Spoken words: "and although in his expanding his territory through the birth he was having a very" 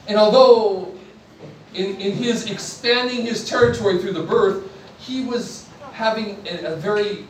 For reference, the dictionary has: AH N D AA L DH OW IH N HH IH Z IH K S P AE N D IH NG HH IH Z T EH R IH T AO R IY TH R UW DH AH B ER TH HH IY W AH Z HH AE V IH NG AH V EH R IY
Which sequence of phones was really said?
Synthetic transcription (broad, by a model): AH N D AA L DH OW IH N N IH Z IH K S P AE N D IH NG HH IH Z T EH R IH T AO R IY TH R UW DH AH B ER TH HH IY W AH Z HH AE V IH NG AH V EH R IY